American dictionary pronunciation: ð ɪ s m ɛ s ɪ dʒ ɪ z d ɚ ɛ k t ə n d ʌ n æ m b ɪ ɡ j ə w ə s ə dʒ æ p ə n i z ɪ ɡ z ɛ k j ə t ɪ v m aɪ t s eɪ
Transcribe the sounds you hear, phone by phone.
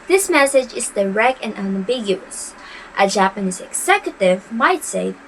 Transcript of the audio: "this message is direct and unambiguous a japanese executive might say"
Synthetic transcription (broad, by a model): ð ɪ s m ɛ s ɪ dʒ ɪ z d ɚ ɛ k t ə n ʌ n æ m b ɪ ɡ j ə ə s ə dʒ æ p ə n i z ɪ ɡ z ɛ k j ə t ɪ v m aɪ t s eɪ